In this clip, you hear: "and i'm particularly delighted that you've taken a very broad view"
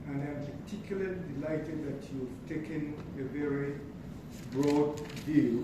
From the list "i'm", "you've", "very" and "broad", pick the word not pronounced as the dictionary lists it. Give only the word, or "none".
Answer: none